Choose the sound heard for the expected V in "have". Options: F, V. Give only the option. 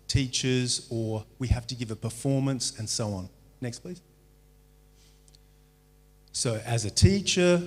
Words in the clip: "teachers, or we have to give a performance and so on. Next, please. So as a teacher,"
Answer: F